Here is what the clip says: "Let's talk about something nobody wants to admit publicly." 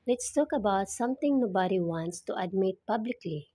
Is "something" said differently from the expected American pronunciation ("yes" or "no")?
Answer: yes